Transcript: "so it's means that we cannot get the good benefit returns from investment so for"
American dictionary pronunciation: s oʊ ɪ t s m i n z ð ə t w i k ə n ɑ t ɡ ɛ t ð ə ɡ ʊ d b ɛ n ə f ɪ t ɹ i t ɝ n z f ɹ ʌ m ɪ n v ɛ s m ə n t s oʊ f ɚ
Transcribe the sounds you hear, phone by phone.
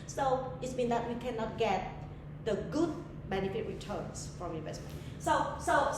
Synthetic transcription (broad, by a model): s oʊ ɪ t s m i n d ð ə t w i k ə n ɑ t ɡ ɛ t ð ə ɡ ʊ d b ɛ n ə f ɪ t ɹ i t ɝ n s f ɹ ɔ m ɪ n v ɛ s m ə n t s oʊ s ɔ